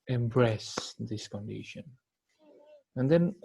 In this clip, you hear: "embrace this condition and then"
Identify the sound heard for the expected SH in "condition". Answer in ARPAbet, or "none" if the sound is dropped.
SH